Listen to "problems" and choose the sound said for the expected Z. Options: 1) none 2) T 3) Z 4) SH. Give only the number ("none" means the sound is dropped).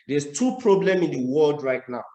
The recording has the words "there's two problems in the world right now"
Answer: 1